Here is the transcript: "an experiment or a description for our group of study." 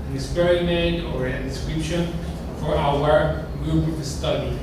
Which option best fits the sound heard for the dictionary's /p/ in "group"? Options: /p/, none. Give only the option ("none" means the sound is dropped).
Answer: none